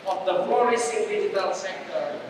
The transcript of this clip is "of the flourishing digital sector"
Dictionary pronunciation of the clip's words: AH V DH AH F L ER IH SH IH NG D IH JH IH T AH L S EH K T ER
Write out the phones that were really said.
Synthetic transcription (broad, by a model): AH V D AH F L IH S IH D IH JH IH T AH L S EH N T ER